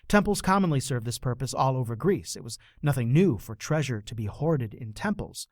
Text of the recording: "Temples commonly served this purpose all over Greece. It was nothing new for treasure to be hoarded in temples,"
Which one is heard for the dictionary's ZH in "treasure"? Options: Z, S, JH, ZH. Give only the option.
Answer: ZH